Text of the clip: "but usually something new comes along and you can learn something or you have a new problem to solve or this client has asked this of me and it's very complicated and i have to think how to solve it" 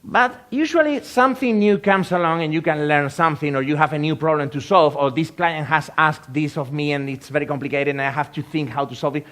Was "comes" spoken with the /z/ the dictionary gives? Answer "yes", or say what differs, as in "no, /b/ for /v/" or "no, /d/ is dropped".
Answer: no, /s/ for /z/